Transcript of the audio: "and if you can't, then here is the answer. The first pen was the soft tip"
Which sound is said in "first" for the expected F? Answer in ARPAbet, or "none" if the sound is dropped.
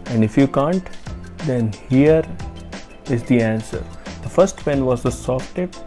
F